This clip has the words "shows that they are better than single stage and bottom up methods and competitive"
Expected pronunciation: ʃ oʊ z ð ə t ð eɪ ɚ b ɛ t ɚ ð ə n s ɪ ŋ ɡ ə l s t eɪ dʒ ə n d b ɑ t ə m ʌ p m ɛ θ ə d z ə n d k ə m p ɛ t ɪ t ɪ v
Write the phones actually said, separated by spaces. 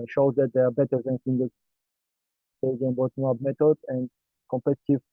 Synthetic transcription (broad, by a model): ʃ oʊ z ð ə t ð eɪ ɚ b ɛ t ɚ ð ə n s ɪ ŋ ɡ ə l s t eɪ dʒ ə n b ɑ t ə ʌ b m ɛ t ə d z ə n d k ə m p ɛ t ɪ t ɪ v